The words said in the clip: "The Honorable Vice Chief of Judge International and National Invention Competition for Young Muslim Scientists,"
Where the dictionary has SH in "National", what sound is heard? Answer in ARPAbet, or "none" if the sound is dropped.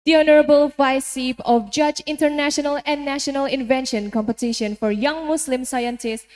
SH